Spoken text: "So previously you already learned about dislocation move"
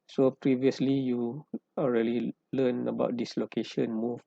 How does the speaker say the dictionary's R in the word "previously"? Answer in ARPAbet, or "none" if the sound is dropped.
R